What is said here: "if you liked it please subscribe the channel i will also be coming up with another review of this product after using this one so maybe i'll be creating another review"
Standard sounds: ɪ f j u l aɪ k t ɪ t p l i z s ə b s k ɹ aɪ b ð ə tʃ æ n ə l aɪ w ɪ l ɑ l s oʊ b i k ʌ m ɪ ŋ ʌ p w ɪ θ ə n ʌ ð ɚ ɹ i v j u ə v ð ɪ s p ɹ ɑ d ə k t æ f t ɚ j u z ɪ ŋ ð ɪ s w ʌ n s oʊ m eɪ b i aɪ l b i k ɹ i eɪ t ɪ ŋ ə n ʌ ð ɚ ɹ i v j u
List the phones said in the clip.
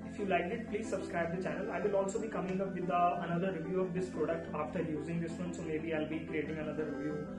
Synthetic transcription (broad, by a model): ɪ f j u l aɪ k ɪ t p l i z s ə b s k ɹ aɪ b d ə tʃ æ n ə l aɪ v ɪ l ɑ l s oʊ b i k ʌ m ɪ ŋ ʌ p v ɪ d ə n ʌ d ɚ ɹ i v j u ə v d ɪ s p ɹ ɑ d ə k t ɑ f t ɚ j u z ɪ ŋ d ɪ s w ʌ n s oʊ m eɪ b i aɪ l b i k ɹ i eɪ t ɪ ŋ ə n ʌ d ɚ ɹ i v j u